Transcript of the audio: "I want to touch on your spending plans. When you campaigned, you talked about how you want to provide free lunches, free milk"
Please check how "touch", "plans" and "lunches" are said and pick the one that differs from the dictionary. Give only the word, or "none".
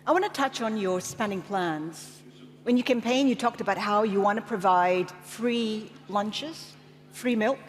none